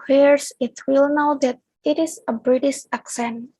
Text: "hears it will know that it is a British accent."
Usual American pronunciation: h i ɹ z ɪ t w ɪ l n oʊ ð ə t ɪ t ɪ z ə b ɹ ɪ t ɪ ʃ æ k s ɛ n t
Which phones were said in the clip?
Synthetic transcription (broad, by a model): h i ɹ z ɪ t w ɪ l n oʊ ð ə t ɪ t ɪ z ə b ɹ ɪ t ɪ ʃ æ k s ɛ n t